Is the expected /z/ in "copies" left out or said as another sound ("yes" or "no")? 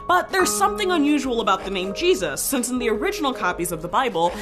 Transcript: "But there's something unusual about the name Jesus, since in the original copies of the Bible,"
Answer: no